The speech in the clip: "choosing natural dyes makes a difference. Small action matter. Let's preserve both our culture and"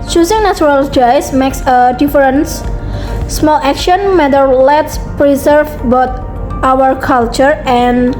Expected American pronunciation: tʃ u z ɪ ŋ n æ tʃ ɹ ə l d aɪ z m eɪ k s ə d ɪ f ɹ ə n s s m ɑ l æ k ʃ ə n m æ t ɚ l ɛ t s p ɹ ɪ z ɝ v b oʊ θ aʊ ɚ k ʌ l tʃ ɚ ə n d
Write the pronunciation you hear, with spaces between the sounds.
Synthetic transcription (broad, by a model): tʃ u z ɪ ŋ n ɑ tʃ ɹ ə l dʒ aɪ s m eɪ k s ə d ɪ f ɹ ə n s s m ɑ l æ k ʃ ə n m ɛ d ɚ l ɛ t s p ɹ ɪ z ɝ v b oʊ t aʊ ɚ k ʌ l tʃ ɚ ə n